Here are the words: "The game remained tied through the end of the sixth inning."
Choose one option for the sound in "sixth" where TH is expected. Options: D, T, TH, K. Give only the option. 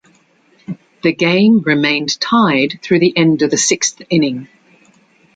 TH